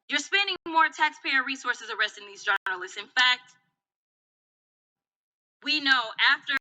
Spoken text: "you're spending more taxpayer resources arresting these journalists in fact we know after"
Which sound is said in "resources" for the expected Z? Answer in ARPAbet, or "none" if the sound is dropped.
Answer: Z